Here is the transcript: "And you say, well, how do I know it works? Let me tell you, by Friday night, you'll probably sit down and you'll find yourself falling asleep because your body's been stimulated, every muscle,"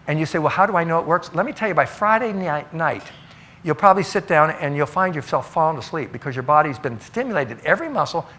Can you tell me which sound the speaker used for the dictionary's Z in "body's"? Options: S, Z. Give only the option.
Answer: Z